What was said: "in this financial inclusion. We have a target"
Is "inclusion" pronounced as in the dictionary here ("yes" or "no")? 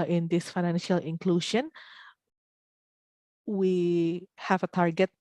no